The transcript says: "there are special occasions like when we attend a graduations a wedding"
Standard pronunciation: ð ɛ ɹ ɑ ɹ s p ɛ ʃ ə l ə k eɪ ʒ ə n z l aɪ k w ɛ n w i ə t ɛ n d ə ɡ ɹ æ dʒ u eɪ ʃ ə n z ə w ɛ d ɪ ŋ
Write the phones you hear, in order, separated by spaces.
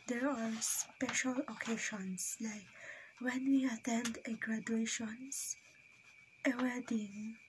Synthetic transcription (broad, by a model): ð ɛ ɹ ɑ ɹ s p ɛ ʃ ə l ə k eɪ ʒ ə n s l aɪ k w ɛ n w i ə t ɛ n d ə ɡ ɹ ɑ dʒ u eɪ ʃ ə n s ə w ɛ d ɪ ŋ